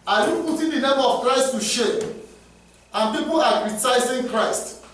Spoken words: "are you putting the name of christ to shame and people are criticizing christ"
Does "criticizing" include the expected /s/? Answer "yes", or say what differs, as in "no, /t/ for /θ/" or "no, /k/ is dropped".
no, /s/ is dropped